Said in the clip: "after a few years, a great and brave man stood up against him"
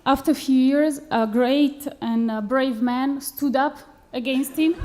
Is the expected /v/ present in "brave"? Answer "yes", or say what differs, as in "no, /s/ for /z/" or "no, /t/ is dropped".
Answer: yes